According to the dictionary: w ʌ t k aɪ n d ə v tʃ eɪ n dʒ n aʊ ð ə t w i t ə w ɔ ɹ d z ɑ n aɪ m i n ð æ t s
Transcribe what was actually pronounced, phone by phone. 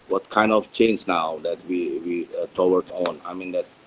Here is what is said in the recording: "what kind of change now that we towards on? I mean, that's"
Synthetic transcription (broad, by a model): w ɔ t k aɪ n d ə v tʃ eɪ n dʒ n aʊ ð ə t w i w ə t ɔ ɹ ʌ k ɑ n aɪ m i n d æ t s